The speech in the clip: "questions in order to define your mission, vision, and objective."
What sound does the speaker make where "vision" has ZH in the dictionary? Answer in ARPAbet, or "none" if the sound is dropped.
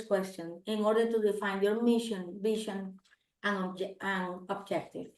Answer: SH